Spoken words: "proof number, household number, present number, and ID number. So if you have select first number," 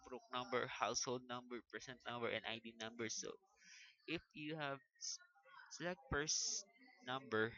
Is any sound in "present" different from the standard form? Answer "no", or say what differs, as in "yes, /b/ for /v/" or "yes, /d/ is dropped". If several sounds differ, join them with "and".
yes, /s/ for /z/